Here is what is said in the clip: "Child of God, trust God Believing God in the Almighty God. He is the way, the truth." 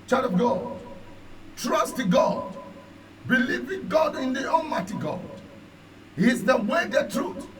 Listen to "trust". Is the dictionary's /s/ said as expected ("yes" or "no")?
yes